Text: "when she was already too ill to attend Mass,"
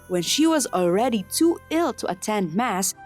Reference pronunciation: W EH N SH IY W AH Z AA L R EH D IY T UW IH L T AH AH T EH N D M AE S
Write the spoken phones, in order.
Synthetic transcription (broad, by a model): W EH N SH IY W AH Z AA L R EH D IY T UW IH L T AH AH T EH N D M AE S